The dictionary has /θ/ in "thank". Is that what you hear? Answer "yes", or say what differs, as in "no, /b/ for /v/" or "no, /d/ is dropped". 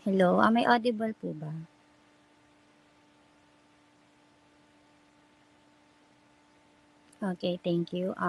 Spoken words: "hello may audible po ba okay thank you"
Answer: no, /t/ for /θ/